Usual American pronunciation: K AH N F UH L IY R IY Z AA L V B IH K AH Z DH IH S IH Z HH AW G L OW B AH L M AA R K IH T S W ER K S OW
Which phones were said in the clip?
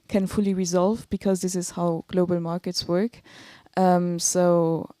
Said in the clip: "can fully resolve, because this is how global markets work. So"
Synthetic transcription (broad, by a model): K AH N F UH L IY R IY Z AA L V B IH K AH Z DH IH S IH Z HH AW G L OW B AH L M AA R K IH T S W ER K S OW